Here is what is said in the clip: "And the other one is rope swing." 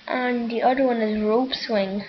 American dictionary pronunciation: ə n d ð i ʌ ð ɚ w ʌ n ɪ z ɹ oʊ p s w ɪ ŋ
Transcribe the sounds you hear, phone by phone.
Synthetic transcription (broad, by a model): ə n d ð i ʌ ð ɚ w ʌ n ɪ z ɹ oʊ p s w ɪ ŋ